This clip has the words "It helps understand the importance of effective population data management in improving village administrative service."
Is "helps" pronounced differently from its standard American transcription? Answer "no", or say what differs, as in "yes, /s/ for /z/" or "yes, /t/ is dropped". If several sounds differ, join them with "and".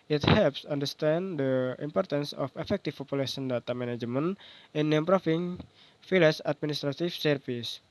no